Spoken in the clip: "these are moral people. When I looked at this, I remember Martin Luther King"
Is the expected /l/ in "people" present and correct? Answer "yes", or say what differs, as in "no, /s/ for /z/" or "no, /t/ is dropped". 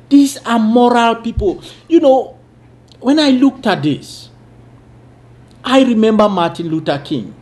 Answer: no, /n/ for /l/